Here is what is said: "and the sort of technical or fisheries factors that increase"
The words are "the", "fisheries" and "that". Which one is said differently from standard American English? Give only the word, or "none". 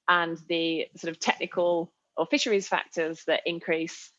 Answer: none